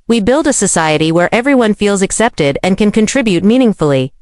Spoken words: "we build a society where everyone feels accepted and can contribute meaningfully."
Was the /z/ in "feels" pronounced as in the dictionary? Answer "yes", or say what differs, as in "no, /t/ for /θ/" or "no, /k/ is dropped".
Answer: yes